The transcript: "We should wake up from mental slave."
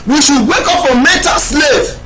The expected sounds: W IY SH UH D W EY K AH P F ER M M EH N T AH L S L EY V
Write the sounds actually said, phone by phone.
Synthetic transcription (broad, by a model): W IY SH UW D W EY K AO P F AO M M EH T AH S L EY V